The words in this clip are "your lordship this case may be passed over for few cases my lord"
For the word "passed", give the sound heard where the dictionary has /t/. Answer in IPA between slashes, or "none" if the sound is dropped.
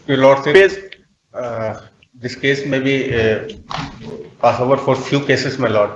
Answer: none